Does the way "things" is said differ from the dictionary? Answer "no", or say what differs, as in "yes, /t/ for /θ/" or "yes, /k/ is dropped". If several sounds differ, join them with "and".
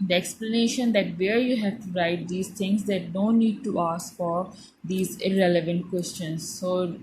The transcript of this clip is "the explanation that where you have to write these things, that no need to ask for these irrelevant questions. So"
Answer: yes, /t/ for /θ/